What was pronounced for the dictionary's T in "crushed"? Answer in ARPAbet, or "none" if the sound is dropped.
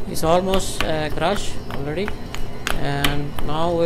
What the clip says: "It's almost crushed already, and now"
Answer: none